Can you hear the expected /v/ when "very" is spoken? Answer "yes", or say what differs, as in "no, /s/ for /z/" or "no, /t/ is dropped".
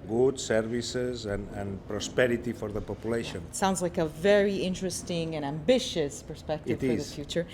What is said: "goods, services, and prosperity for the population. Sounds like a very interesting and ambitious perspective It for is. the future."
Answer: yes